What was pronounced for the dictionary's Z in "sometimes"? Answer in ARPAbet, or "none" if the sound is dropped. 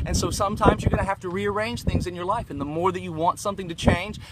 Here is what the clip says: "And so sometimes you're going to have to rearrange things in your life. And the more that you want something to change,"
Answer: Z